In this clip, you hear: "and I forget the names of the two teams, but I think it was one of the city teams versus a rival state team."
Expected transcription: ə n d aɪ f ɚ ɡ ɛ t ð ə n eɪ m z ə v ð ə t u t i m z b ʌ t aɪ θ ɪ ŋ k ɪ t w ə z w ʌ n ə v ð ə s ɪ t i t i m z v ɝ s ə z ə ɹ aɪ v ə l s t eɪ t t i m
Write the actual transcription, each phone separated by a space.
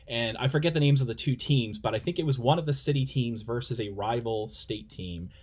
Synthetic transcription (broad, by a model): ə n aɪ f ɚ ɡ ɛ t ð ə n eɪ m z ə v ð ə t u t i m z b ʌ t aɪ θ ɪ ŋ k ɪ t w ə z w ʌ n ə v ð ə s ɪ t i t i m z v ɝ s ə z ə ɹ aɪ v l s t eɪ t t i m